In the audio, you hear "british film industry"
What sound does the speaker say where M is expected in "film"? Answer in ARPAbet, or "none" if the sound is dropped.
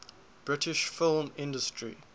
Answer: M